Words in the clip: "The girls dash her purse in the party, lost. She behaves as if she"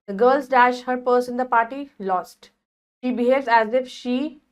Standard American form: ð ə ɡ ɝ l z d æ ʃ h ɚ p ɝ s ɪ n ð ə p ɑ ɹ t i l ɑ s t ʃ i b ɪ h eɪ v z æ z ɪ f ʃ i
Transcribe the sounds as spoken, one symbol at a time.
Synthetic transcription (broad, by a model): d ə ɡ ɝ l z d æ ʃ h ɚ p ɝ s ɪ n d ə p ɑ ɹ t i l ɑ s t ʃ i b ɪ h eɪ v z æ z ɪ f ʃ i